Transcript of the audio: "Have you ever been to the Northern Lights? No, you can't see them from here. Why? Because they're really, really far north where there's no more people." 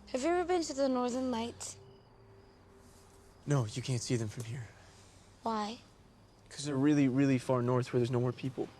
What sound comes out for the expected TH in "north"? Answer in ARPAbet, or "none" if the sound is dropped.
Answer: TH